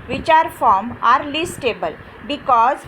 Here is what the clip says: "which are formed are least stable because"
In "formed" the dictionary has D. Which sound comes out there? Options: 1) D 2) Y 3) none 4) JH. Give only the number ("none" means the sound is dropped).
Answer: 3